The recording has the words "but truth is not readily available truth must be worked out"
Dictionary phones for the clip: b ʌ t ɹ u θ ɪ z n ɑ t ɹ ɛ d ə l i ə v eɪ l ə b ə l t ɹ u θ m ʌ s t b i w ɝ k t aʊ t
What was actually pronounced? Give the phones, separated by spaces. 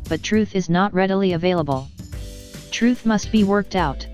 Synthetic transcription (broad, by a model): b ʌ t ɹ u θ ɪ z n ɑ t ɹ ɛ d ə l i ə v eɪ l ə b ə l t ɹ u θ m ʌ s t b i w ɝ k t aʊ t